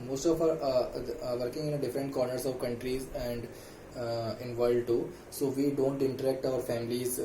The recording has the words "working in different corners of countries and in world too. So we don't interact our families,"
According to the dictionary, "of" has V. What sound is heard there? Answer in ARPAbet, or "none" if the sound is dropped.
V